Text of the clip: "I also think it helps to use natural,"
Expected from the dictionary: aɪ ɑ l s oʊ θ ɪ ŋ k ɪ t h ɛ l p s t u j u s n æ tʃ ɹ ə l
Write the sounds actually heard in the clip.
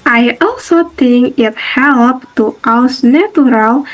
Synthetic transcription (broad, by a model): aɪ ɑ l s oʊ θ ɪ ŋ k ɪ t h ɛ l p t u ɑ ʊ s n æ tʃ ɹ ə l